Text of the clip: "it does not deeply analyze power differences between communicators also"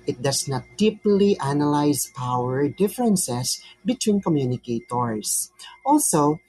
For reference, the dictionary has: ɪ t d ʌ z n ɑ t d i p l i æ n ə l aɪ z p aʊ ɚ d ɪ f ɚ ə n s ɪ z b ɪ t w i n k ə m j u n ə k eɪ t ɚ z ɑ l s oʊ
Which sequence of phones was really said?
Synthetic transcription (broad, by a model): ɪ t d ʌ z n ɑ t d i p l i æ n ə l aɪ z p aʊ ɚ d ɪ f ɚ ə n s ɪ s b ɪ t w i n k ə m j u n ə k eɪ t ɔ s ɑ l s oʊ